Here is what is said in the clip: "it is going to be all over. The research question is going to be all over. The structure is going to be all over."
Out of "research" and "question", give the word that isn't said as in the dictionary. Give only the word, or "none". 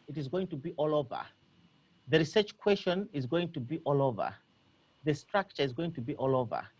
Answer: question